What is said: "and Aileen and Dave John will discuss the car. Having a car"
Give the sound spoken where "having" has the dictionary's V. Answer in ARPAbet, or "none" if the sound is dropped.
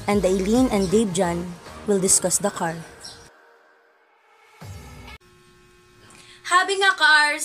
B